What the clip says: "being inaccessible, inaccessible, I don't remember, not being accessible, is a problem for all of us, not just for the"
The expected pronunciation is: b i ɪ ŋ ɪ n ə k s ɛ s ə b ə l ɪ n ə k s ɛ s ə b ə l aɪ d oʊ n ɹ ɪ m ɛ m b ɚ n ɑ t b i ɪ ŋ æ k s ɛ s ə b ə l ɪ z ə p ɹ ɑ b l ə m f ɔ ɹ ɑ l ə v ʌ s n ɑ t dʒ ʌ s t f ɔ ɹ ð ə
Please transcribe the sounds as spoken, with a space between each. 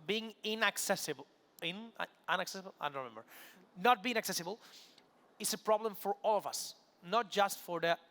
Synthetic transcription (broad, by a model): b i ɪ ŋ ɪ n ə k s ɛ s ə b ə n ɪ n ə k s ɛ s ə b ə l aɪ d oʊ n ɹ ɪ m ɛ m b ɚ n ɑ t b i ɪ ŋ æ k s ɛ s ə b ə l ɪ s ə p ɹ ɑ b l ə m f ɔ ɹ ɑ l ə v ʌ s n ɑ t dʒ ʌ s t f ɔ ɹ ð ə